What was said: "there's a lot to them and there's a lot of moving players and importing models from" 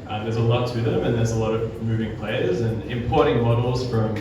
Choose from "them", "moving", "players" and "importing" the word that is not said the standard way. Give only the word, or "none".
none